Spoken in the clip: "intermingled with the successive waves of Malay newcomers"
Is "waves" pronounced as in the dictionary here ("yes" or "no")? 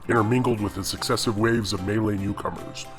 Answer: yes